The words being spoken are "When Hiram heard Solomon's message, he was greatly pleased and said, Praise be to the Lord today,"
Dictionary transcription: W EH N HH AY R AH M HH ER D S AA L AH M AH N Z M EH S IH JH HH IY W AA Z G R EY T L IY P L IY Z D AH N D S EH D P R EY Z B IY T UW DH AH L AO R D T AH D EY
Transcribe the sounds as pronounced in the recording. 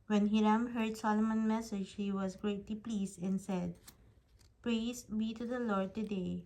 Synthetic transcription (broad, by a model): W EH N HH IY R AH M HH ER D S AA L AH M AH N M EH S IH JH HH IY W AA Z G R EY T L IY P L IY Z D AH N S EH D P R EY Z B IY T UW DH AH L AO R D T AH D EY